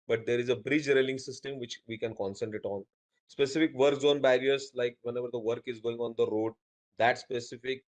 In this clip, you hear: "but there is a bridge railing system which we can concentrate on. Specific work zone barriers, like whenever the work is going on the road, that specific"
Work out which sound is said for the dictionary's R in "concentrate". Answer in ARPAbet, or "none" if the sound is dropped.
none